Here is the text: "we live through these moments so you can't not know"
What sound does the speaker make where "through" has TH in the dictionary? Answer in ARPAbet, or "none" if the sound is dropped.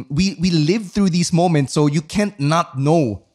TH